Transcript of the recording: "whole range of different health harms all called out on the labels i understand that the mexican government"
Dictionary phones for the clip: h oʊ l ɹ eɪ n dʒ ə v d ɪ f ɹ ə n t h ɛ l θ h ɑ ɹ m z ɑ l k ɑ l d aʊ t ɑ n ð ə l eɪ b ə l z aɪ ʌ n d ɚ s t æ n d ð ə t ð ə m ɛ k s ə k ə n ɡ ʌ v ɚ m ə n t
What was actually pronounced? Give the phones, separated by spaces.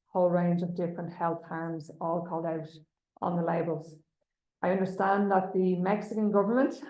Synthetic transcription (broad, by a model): h oʊ l ɹ eɪ n dʒ ə v d ɪ f ɹ ə n t h ɛ l θ h ɑ ɹ m z ɑ l k ɑ l d aʊ t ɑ n ð ə l eɪ b ə l z aɪ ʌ n d ɚ s t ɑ n ð ə t ð ə m ɛ k s ə k ə n ɡ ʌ v ɚ m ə n t